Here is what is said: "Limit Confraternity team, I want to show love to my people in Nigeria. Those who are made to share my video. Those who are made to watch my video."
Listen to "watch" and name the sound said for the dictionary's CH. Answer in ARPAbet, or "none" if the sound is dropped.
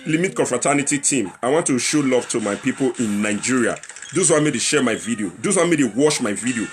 SH